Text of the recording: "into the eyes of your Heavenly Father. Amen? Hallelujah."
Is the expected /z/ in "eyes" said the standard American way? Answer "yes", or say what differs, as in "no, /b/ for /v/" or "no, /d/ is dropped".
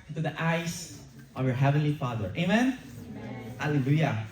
no, /s/ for /z/